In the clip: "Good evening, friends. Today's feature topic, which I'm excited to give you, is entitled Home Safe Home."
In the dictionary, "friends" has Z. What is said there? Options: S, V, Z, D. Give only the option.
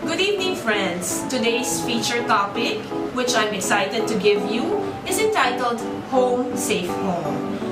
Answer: S